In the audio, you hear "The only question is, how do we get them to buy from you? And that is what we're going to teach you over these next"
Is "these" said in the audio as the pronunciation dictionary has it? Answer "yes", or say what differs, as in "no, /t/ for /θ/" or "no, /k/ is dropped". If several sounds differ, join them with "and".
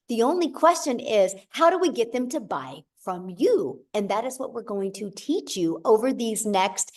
yes